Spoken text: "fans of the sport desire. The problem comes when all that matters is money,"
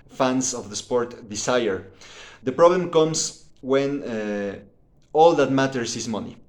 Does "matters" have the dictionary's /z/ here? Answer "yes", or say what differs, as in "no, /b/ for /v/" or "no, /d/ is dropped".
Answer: no, /s/ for /z/